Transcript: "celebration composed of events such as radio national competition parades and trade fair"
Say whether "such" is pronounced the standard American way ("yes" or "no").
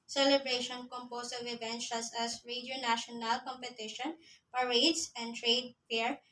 no